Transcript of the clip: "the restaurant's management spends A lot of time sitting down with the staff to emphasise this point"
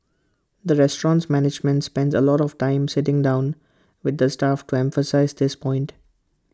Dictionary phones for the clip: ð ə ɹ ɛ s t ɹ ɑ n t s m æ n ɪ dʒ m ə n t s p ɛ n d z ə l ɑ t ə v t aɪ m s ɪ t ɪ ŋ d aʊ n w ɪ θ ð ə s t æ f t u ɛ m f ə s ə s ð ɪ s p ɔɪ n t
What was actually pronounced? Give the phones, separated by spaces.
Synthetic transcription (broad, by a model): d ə ɹ ɛ s t ɹ ɑ n t s m æ n ɪ dʒ m ə n t s p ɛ n d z ə l ɑ t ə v t aɪ m s ɪ t ɪ ŋ d aʊ n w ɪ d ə s t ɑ f t u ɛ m f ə s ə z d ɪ s p ɔɪ n t